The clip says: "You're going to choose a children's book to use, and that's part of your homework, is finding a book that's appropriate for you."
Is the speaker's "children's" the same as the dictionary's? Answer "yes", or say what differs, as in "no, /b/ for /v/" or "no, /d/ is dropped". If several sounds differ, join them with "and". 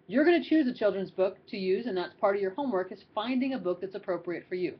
yes